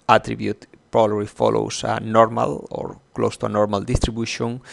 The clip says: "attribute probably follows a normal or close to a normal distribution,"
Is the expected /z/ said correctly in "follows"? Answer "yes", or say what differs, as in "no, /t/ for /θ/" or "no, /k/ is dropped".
no, /s/ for /z/